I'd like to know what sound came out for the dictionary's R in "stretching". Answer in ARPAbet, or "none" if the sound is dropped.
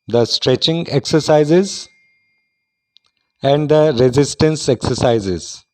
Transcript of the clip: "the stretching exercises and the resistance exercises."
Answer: R